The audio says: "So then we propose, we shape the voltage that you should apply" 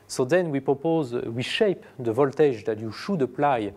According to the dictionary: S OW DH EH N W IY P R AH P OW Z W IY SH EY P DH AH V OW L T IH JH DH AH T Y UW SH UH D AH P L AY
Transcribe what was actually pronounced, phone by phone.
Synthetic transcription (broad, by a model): S OW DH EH N W IY P R AH P OW Z W IY SH EY P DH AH V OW L T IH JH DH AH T Y UW SH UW D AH P L AY